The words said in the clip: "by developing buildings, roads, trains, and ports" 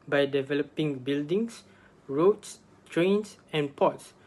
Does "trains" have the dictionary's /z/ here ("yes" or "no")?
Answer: no